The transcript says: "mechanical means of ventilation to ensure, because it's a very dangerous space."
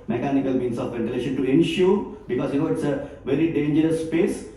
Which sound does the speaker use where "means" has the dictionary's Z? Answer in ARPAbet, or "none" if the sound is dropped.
S